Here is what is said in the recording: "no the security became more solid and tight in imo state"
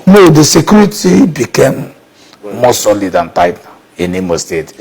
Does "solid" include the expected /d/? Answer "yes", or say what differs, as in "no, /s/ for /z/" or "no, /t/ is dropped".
yes